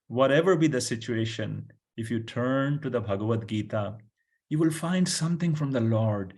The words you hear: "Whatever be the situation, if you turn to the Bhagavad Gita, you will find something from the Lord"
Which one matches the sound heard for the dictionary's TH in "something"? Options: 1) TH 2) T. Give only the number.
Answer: 2